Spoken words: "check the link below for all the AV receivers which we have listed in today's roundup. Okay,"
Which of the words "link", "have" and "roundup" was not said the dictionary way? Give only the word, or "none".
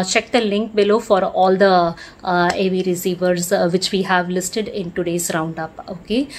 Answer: none